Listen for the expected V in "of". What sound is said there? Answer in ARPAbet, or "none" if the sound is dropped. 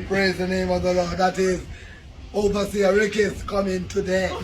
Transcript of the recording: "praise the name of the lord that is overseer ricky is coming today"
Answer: V